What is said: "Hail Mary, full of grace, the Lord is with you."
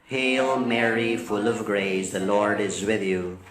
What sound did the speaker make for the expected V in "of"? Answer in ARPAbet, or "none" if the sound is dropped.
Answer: V